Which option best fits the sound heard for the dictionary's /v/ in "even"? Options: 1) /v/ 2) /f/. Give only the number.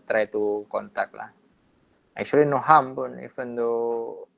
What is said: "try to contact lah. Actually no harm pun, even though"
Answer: 2